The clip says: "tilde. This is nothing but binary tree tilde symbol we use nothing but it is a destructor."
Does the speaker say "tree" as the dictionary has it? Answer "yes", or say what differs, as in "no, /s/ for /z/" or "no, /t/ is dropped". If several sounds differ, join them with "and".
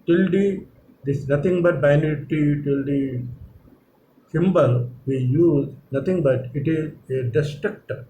no, /ɹ/ is dropped